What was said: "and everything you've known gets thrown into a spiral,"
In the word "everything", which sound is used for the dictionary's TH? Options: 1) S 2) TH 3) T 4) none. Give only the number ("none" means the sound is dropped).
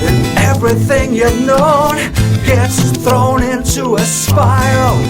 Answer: 2